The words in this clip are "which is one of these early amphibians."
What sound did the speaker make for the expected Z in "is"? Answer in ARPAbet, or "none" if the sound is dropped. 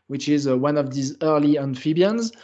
Z